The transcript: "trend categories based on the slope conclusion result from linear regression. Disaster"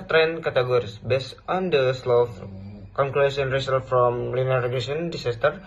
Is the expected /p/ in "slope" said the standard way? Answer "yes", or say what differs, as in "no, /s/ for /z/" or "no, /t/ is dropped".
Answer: no, /f/ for /p/